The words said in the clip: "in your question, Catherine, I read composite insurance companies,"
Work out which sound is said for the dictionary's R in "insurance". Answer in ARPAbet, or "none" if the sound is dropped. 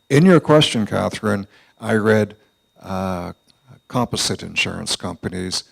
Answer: R